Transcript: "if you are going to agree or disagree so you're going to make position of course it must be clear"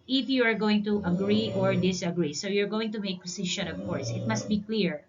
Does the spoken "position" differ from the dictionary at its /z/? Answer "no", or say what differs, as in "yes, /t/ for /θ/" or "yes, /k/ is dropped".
yes, /s/ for /z/